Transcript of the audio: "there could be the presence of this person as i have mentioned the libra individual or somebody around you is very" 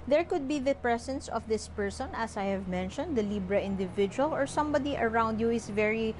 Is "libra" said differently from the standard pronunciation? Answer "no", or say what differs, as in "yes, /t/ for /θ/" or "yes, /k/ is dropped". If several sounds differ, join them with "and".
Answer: no